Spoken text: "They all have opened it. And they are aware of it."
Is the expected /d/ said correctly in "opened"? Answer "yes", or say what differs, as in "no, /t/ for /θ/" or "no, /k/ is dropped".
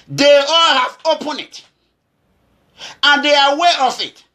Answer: no, /d/ is dropped